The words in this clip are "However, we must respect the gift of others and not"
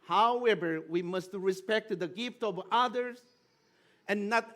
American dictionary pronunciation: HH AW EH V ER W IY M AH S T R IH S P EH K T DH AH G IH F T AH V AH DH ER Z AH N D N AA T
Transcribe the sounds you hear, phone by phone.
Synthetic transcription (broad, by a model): HH AW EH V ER W IY M AH S T R IH S P EH K T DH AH G IH F T AH V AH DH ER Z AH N N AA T